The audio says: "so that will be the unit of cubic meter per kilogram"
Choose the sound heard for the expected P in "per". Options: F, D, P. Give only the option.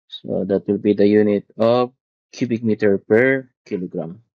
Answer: P